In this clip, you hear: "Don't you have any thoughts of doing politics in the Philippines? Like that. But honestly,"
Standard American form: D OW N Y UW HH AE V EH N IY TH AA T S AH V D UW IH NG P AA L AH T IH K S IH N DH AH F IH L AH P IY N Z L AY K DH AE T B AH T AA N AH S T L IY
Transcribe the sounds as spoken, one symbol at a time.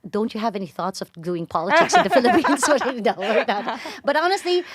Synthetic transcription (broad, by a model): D OW N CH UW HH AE V EH N IY TH AA T S AH V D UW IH NG P AA L AH T IH K S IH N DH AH F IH L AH P IY N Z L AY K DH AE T B AH T AA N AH S T L IY